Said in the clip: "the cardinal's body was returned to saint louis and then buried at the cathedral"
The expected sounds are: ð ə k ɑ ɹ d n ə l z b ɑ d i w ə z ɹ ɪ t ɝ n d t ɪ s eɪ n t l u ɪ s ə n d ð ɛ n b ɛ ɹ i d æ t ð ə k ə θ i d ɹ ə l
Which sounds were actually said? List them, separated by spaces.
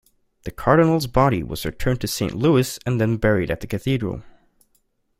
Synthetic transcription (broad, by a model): ð ə k ɑ ɹ d n l z b ɑ d i w ə z ɹ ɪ t ɝ n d t ɪ s eɪ n t l u ɪ s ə n ð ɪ n b ɛ ɹ i d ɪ t ð ə k ə θ i d ɹ ə l